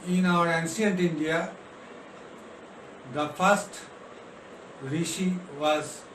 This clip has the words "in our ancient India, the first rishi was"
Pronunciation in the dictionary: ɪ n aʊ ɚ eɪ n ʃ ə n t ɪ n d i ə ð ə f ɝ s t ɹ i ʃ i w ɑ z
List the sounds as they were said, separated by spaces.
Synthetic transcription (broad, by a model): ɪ n aʊ ɚ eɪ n s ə n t ɪ n d i ə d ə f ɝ s t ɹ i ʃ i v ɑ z